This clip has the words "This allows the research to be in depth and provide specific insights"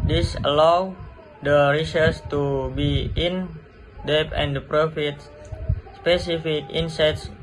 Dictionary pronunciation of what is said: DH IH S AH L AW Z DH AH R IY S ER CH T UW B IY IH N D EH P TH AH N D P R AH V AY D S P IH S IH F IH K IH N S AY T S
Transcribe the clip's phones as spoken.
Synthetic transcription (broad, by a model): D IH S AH L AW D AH R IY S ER S T UW B IY IH N D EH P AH N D P R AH F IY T S P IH S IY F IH K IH N S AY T S